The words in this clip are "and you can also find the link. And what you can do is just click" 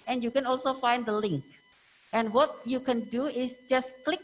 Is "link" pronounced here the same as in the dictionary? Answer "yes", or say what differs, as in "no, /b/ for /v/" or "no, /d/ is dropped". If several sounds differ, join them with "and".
yes